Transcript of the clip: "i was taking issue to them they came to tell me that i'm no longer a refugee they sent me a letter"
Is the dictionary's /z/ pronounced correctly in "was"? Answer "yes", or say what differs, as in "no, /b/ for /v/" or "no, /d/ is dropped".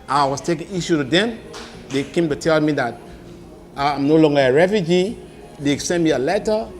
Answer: no, /s/ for /z/